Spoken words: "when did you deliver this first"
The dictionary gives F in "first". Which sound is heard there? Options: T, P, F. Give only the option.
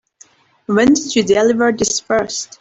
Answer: P